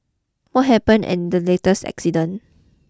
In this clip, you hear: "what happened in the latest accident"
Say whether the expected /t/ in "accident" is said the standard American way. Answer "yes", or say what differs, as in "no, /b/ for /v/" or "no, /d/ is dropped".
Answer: no, /t/ is dropped